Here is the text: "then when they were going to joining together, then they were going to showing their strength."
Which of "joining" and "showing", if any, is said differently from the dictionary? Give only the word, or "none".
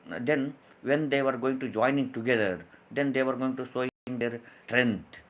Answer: showing